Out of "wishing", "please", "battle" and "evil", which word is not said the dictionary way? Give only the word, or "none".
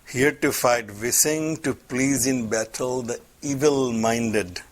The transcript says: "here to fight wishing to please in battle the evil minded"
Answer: wishing